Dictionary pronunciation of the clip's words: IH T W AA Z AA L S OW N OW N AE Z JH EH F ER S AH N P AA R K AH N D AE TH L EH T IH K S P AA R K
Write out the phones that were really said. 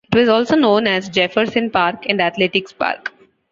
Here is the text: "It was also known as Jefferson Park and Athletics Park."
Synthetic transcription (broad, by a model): IH T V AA Z AA L S OW N OW N AE Z JH EH F ER S AH N P AA R K AH N D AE T L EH T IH K S P AA R K